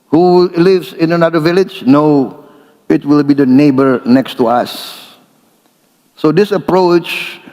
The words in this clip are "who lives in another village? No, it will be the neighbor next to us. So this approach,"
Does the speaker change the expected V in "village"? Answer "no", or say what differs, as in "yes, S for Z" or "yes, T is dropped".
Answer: no